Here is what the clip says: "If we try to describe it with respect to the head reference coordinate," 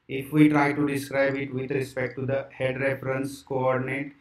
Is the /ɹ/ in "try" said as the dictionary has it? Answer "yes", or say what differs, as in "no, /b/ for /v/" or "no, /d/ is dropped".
yes